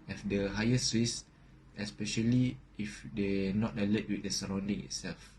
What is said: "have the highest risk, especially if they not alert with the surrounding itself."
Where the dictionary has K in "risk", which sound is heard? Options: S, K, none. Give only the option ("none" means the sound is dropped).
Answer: none